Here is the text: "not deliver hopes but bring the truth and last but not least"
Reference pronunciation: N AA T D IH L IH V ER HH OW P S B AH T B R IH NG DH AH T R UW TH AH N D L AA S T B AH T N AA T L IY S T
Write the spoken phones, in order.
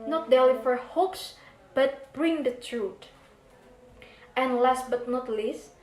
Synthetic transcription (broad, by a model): N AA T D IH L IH F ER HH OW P S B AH T B R IH NG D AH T R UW T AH N L AA S T B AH T N AA T L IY S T